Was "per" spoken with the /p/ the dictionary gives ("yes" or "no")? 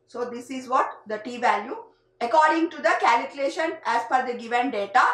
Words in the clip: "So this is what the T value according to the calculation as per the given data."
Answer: no